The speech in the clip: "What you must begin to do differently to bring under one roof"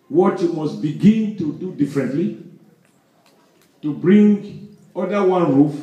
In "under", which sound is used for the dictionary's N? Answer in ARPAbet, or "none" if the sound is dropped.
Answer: none